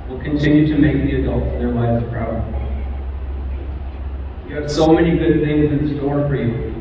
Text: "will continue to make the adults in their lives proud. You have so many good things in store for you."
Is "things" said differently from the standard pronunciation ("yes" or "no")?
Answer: no